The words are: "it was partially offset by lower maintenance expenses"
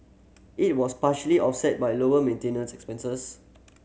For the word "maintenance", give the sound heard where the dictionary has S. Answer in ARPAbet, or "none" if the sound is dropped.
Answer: S